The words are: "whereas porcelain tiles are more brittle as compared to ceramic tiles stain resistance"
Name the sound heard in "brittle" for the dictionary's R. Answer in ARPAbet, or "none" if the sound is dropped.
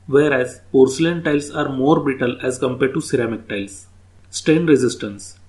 none